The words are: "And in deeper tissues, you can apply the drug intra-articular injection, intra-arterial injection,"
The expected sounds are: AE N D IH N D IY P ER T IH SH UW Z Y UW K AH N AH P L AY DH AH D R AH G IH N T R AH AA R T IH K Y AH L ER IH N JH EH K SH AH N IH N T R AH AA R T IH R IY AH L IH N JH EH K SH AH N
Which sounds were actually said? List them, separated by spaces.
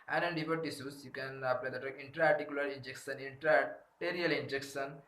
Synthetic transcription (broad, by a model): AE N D IH N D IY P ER T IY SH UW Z Y UW K AH N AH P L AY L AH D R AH IH N T R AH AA R T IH K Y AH L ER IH N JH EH K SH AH N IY N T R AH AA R T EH R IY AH L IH N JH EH K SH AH N